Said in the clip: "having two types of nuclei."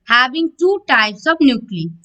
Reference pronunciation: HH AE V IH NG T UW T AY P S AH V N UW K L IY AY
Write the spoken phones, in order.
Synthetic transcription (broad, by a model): HH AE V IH NG T UW T AY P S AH B N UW K L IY